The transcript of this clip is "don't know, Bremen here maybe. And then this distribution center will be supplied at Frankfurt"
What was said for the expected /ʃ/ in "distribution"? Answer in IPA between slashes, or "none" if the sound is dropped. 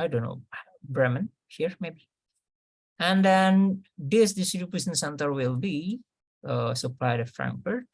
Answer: /s/